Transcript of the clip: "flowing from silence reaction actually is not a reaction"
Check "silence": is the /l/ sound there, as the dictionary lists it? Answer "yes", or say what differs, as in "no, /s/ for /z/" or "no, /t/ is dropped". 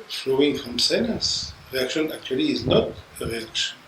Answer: no, /n/ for /l/